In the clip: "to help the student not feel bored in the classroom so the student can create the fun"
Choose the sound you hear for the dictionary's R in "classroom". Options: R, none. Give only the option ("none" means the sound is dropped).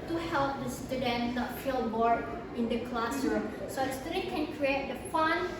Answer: none